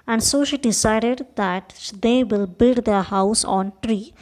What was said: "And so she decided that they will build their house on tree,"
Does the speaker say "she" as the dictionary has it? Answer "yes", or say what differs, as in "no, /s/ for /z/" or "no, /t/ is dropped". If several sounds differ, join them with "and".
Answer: yes